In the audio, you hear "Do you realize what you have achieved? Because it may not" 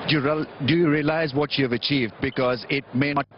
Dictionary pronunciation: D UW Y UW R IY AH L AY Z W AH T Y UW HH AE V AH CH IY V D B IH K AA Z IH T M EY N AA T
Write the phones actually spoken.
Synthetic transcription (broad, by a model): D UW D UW R IY AH L AY Z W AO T Y UW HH V AH CH IY V D B IH K AA Z IH T M EY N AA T